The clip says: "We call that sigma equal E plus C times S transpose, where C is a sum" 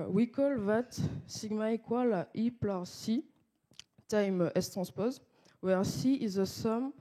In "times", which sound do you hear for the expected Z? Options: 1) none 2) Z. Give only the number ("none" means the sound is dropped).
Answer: 1